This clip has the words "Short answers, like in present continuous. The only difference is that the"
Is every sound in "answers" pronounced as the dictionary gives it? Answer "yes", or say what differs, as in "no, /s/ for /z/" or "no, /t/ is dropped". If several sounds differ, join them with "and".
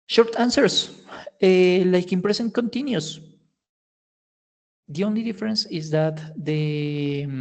no, /s/ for /z/